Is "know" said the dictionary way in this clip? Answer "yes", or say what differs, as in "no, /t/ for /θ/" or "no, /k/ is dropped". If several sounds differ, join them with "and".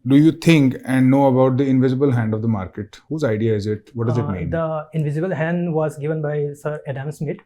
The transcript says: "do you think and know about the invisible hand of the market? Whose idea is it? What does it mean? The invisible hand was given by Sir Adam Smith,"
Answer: yes